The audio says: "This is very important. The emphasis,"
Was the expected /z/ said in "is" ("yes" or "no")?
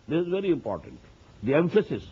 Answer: yes